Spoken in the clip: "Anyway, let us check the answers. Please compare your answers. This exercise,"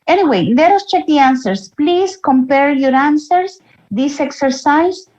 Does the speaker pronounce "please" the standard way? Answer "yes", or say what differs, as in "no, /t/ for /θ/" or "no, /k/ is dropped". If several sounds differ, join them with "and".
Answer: no, /s/ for /z/